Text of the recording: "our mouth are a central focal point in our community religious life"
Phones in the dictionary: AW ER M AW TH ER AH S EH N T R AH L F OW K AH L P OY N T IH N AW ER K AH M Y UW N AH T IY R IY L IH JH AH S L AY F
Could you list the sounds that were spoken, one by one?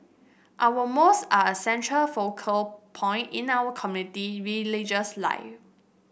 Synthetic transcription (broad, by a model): AW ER M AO S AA AH S EH N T R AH L F OW K AH L P OY N T IH N AW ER K AH M Y UW N AH T IY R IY L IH JH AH S L AY F